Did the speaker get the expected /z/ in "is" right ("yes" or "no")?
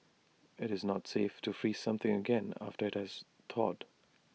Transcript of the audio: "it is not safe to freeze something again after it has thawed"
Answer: yes